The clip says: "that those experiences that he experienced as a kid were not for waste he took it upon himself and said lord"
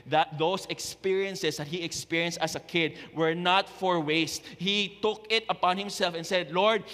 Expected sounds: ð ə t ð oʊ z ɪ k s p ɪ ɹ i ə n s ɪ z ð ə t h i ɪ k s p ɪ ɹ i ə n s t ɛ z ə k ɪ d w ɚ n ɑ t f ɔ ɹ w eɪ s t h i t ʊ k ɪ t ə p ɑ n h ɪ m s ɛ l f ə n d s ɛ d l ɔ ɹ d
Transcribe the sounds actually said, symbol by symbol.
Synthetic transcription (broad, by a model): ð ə t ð oʊ s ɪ k s p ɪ ɹ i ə n s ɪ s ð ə t h i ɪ k s p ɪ ɹ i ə n s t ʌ s ə k ɪ d w ɚ n ɑ t f ɔ ɹ w eɪ s t h i t ʊ k ɪ t ə p ɑ n h ɪ m s ɛ l f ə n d s ɛ d l ɔ ɹ d